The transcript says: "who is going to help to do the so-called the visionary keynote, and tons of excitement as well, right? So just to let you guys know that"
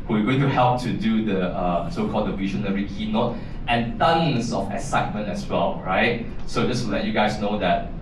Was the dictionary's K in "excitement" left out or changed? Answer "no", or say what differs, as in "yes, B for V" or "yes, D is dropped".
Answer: yes, K is dropped